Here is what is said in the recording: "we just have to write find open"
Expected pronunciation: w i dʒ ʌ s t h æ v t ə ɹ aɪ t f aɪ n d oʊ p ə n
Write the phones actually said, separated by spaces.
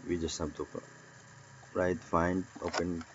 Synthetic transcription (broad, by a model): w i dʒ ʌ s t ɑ b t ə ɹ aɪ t f aɪ n d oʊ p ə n